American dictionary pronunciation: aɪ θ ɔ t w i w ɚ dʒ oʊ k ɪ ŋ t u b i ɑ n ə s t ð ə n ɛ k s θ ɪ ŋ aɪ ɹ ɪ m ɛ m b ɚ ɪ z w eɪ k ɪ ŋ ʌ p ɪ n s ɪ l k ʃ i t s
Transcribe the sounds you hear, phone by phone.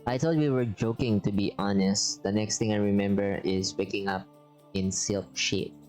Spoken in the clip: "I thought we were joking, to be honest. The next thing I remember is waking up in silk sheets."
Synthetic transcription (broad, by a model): aɪ t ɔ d w i w ɚ dʒ oʊ k ɪ ŋ t u b i ɑ n ə s t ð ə n ɛ k s t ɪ ŋ aɪ ɹ ɪ m ɛ m b ɚ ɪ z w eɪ k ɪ ŋ ʌ p ɪ n s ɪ l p ʃ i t